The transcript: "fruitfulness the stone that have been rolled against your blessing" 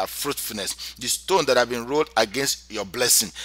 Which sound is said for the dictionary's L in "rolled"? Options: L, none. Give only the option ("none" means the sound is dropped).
L